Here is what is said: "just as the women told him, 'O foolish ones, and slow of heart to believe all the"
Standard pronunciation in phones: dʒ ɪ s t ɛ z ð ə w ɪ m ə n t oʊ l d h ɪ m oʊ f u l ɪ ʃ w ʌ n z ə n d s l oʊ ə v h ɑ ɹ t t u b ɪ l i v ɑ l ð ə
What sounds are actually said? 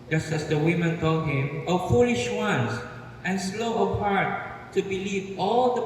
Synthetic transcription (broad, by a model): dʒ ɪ s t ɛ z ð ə w ɪ m ə n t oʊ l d h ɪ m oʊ f u l ɪ ʃ w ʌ n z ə n s l oʊ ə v h ɑ ɹ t t u b ɪ l i v ɑ l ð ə